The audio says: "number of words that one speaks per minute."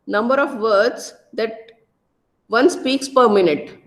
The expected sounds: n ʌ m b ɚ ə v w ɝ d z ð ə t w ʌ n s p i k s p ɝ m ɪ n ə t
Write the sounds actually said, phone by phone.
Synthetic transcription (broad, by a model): n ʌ m b ɚ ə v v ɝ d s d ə t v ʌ n s p i k s p ɝ m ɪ n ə t